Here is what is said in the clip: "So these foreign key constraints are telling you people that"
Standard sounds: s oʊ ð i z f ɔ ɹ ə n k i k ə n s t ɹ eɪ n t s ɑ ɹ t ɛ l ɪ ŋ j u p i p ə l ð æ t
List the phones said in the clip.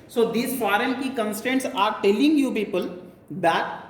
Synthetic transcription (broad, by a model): s oʊ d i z f ɔ ɹ ə n k i k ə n s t eɪ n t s ɑ ɹ t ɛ l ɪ ŋ j u p i p ə l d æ t